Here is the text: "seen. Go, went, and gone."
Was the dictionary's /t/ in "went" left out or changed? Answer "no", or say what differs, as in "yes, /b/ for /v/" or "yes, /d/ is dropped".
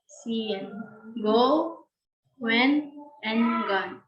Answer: yes, /t/ is dropped